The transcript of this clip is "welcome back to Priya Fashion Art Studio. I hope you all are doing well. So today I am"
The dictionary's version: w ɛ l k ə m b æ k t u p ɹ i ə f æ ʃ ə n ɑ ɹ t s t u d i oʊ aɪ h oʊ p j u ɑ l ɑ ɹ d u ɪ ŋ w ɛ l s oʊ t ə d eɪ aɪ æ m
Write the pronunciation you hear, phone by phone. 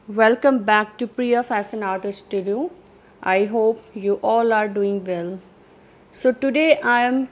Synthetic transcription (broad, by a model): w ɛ l k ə m b æ k t u p ɹ i ə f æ s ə n ɑ ɹ t s t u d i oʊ aɪ h oʊ p j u ɑ l ɑ ɹ d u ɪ ŋ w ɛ l s oʊ t ə d eɪ aɪ m